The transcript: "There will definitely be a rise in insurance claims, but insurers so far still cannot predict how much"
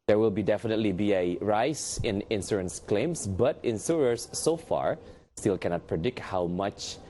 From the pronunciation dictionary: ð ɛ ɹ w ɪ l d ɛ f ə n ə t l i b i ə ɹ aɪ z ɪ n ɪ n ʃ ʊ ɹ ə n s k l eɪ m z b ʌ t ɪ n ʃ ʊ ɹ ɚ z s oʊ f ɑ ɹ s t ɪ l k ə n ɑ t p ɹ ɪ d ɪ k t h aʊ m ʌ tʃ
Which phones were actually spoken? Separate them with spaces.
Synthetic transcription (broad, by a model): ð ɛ ɹ w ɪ l d ɛ f ə n ə t l i b i ə ɹ aɪ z ɪ n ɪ n s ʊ ɹ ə n s k l eɪ m s b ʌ t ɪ n s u ɹ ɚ s oʊ f ɑ ɹ s t ɪ l k ə n ɑ t p ɹ ɪ d ɪ k t h aʊ m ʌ tʃ